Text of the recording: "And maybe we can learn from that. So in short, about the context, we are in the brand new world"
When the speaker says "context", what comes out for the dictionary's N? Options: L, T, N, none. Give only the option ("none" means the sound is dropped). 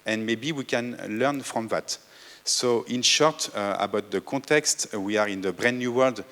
none